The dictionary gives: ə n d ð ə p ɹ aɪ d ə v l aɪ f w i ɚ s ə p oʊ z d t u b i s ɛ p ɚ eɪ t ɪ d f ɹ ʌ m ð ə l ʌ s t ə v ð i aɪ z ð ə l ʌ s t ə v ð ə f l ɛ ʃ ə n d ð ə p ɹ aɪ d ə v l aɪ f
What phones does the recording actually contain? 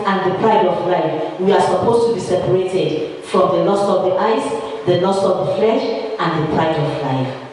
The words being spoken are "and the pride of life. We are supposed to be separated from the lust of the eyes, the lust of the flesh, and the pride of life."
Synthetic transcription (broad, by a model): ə n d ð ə p ɹ aɪ d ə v l aɪ f w i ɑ s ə p oʊ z t u b i s ɛ p ɚ eɪ t ɪ d f ɹ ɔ m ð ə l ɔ s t ə v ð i aɪ s ð ə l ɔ s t ə v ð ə f l ɛ ʃ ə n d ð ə p ɹ aɪ d ə v l aɪ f